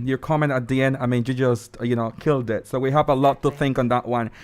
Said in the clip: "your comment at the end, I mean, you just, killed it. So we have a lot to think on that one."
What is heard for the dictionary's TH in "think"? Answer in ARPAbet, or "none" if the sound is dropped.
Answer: TH